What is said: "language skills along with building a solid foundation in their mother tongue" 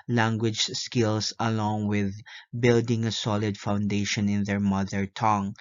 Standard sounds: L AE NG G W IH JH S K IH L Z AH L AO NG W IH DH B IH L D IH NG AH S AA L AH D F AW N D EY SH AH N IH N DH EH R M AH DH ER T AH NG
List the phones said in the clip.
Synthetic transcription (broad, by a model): L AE NG G W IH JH S K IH L S AH L AO NG W IH DH B IH L D IH NG AH S AA L AH D F AW N D EY SH AH N IH N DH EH R M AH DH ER T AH NG